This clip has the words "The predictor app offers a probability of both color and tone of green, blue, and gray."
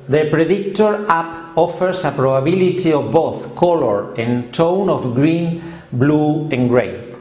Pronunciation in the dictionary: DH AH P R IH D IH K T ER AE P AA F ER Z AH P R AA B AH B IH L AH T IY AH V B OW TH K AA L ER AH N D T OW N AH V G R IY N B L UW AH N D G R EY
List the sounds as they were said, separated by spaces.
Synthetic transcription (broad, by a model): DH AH P R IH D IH K T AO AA P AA F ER S AH P R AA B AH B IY L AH T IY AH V B OW TH K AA L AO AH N T OW N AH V G R IY N B L UW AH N G R EY